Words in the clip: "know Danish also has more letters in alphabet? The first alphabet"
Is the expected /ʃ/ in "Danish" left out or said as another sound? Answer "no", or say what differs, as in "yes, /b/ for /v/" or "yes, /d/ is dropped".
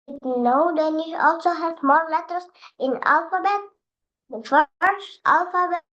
yes, /ʃ/ is dropped